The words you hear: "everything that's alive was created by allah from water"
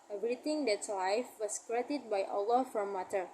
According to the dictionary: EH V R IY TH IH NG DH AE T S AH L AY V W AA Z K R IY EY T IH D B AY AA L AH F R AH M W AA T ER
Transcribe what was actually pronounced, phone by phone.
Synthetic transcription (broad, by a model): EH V R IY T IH NG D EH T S L AY F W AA S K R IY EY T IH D B AY AA L AH F R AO M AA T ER